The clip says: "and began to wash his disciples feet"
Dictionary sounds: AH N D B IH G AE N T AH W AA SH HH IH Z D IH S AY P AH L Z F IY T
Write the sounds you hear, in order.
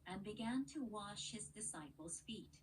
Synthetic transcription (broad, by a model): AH N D B IH G AE N T AH W AA SH HH IH Z D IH S AY P L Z F IY T